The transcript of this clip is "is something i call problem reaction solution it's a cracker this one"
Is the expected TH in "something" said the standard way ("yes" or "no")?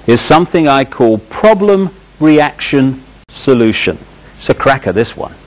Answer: yes